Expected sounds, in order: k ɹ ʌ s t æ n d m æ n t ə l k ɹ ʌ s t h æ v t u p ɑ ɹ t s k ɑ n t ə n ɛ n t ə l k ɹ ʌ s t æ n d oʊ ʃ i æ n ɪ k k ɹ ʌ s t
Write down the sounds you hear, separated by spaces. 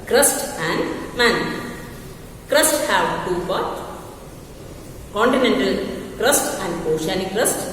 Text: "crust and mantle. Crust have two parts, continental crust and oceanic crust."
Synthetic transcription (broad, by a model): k ɹ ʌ s t æ n d m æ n k ɹ ʌ s t h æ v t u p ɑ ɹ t k ɑ n t ə n ɛ n t ə l k ɹ ʌ s t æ n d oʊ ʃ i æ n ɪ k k ɹ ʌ s t